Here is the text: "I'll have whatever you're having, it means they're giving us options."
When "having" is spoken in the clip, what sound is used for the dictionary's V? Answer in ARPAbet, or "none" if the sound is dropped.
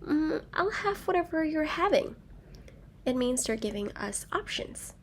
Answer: V